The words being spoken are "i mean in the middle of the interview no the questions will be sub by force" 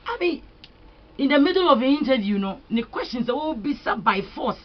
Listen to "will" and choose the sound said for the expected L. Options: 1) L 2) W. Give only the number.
2